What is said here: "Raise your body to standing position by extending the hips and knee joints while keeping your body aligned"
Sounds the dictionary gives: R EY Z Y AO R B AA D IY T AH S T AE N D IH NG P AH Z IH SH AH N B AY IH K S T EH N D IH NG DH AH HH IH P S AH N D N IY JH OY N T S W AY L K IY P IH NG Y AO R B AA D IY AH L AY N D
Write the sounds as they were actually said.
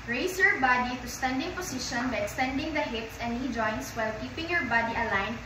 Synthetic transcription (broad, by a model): R EY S Y AO R B AA D IY T AH S T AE N D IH NG P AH S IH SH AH N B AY IH K S T EH N D IH NG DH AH HH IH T S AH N N IY JH OY N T S W AY L K IY P IH NG Y AO R B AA D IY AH L AY N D